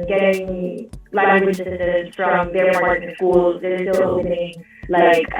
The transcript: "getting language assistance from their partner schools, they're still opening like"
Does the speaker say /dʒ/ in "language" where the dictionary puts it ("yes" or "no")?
no